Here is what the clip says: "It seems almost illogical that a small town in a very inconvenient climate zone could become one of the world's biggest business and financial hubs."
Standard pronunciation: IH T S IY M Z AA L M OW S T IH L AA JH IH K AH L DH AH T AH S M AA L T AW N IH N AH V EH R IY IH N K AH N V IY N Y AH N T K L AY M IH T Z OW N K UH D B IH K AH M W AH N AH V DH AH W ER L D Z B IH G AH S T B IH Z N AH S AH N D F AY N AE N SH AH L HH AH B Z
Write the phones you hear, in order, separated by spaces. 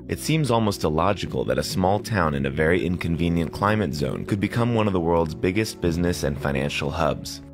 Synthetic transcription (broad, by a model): IH T S IY M Z AA L M OW S T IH L AA JH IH K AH L DH AH T AH S M AA L T AW N IH N AH V EH R IY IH N K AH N V IY N Y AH N K L AY M IH T Z OW N K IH D B IH K AH M W AH N AH V DH AH W ER L D Z B IH G AH S T B IH Z N AH S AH N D F AY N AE N SH L HH AH B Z